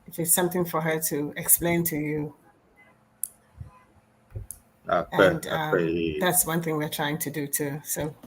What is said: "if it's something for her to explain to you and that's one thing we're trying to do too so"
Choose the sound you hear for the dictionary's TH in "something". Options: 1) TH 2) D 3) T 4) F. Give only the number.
1